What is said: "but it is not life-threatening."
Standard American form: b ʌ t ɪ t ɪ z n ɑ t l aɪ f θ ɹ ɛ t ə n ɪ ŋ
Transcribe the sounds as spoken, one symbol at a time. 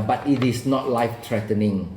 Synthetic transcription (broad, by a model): b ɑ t ɪ t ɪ s n ɑ t l aɪ f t ɹ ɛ t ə n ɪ ŋ